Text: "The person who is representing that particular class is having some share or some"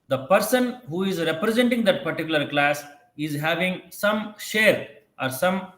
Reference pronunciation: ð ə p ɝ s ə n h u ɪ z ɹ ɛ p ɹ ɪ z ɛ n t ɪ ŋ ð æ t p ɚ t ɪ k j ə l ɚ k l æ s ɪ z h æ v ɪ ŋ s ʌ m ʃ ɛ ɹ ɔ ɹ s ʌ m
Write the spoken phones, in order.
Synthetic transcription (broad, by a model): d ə p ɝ s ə n h u ɪ z ɹ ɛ p ɹ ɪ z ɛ n t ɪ ŋ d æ t p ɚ t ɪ k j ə l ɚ k l æ s ɪ z h æ v ɪ ŋ s ʌ m ʃ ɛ ɹ ɔ ɹ s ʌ m